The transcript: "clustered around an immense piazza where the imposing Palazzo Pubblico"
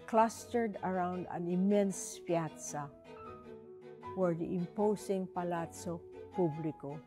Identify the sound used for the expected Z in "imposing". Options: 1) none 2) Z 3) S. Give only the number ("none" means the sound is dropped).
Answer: 3